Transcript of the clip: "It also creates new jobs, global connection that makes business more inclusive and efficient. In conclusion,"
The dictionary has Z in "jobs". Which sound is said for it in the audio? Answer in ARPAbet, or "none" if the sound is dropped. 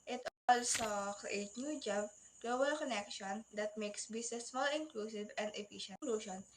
none